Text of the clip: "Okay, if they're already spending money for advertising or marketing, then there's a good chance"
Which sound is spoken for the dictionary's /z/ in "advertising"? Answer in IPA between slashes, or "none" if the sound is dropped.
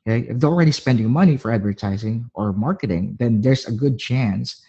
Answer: /z/